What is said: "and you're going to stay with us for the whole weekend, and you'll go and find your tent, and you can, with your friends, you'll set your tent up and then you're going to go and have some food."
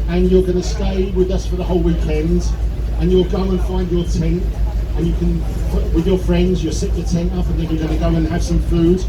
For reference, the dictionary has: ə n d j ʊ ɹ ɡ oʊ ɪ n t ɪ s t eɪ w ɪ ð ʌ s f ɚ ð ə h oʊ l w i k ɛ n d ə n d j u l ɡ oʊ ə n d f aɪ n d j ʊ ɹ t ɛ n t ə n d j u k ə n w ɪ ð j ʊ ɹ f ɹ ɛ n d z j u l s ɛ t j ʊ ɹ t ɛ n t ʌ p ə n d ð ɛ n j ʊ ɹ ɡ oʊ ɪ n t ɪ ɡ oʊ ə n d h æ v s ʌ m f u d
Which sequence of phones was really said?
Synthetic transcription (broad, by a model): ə n j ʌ ɹ ɡ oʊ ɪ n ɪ s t eɪ w ɪ ð ʌ s f ɚ ð ə h oʊ l w i k ɛ n d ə n j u l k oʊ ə n f aɪ n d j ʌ ɹ t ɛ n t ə n j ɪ k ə n w ɪ ð j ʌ ɹ f ɹ ɛ n d z j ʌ s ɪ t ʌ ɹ t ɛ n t ʌ p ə n ð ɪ n j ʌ ɹ ɡ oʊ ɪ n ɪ ɡ oʊ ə n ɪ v s ʌ m f u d